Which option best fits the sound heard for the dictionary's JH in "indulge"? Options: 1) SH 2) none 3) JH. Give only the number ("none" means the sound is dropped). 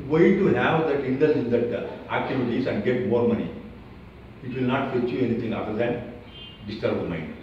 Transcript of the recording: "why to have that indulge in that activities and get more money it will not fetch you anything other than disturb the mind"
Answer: 2